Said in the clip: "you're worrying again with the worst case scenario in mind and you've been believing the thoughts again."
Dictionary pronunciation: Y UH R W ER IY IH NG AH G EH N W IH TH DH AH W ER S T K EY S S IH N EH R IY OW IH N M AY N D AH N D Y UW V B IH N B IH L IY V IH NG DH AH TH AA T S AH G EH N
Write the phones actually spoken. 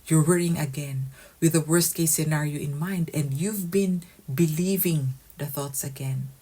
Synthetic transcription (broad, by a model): Y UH R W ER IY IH NG AH G EH N W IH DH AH W ER S T K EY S S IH N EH R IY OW IH N M AY N D AH N D Y UW V B IH N B IH L IY V IH NG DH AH TH AA T S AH G EH N